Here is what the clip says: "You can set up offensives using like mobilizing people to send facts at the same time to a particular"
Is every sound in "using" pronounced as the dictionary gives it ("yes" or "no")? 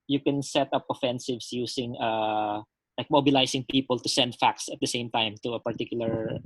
no